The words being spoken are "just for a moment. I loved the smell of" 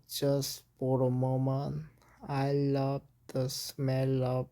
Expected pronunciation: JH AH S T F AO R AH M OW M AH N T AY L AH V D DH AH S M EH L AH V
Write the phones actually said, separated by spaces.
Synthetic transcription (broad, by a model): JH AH S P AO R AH M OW M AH N AY L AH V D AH S M EH L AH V